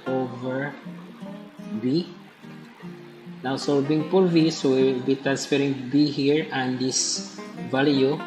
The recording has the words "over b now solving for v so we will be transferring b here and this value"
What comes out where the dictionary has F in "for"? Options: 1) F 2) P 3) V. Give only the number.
2